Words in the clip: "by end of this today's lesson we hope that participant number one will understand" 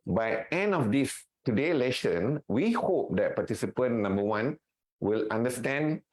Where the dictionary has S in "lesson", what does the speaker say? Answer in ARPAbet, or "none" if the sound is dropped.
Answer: SH